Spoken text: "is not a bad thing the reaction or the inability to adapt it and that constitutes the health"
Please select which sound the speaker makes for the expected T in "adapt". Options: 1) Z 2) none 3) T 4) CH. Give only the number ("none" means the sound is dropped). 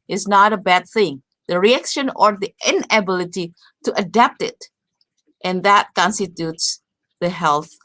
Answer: 3